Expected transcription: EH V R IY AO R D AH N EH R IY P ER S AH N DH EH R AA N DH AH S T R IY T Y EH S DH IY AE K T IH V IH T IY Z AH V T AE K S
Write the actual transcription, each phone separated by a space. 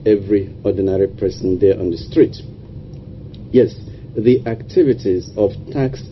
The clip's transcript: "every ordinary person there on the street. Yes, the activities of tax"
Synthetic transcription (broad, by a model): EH V R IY AO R D N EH R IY P ER S AH N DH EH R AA N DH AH S T R IY T Y EH S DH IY AE K T IH V IH T IY Z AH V T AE K S